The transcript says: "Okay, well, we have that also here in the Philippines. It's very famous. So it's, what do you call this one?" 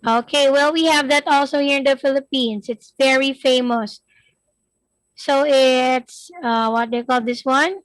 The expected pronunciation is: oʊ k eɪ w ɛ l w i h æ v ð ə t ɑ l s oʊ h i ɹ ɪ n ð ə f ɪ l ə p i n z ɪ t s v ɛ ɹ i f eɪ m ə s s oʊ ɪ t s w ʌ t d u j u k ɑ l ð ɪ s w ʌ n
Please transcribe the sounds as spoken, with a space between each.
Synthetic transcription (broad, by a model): oʊ k eɪ w ɛ l w i h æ v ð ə t ɑ l s oʊ h i ɹ ɪ n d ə f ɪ l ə p i n s ɪ t s v ɛ ɹ i f eɪ m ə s s oʊ ɪ t s w ʌ t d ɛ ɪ k ɑ l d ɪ s w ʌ n